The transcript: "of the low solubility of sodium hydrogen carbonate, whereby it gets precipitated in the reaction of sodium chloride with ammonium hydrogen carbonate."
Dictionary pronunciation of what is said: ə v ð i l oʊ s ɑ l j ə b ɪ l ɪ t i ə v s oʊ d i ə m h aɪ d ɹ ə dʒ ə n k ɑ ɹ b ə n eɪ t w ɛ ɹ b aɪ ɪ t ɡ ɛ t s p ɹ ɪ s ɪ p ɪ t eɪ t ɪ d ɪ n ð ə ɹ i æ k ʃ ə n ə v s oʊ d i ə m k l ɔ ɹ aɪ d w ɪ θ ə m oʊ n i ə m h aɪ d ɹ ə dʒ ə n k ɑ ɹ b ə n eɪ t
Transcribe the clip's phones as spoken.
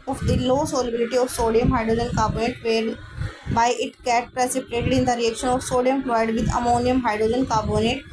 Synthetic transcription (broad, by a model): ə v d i l oʊ s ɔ l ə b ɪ l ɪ t i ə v s oʊ d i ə m h aɪ d ɹ ə dʒ ə n k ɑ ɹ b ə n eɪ t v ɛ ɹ b aɪ ɪ t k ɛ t p ɹ ɪ s ɪ p ɪ t eɪ t ɪ d ɪ n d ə ɹ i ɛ k ʃ ə n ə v s oʊ d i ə m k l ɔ ɪ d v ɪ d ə m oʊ n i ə m h aɪ d ɹ ə dʒ ə n k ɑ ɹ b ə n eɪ t